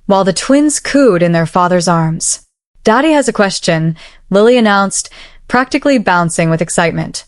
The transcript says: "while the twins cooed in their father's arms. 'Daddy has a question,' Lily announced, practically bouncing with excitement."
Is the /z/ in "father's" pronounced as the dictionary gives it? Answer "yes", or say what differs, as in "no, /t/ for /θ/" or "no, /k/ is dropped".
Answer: yes